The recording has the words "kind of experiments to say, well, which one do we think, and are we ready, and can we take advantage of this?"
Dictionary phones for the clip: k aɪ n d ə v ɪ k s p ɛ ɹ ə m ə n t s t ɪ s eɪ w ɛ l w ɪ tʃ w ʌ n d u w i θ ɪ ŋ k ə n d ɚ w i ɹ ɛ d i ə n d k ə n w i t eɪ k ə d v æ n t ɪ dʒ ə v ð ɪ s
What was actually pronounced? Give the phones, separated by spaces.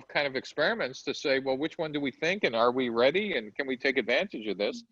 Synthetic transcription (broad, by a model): k aɪ n d ə v ɪ k s p ɛ ɹ ə m ə n t s t ɪ s eɪ w ɛ l w ɪ tʃ w ʌ n d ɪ w i θ ɪ ŋ k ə n ɚ w i ɹ ɛ d i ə n k ə n w i t eɪ k ə d v æ n t ɪ dʒ ə v ð ɪ s